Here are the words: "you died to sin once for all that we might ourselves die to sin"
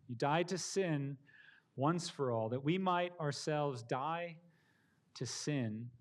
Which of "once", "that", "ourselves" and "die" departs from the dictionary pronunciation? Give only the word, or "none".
none